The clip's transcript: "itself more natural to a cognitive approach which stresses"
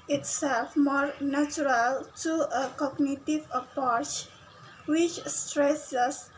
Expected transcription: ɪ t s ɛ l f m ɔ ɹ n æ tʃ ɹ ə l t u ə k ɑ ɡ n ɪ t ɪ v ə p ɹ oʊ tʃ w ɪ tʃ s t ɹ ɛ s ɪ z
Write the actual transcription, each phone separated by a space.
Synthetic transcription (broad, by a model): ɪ t s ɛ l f m ɔ ɹ n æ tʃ ɹ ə l t u ə k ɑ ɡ n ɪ t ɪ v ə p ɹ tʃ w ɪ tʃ s t ɹ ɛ s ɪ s